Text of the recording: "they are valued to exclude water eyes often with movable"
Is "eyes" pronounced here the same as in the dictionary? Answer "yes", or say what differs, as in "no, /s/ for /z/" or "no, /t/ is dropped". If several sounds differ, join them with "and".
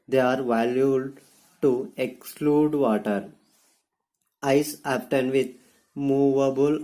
no, /s/ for /z/